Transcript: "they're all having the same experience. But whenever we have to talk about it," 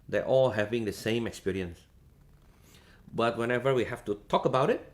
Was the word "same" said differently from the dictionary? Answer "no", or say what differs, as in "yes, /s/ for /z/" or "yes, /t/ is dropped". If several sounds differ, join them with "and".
no